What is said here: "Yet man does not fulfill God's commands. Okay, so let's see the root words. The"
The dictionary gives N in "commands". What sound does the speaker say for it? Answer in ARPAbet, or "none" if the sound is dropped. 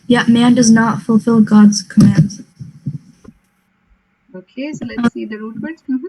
N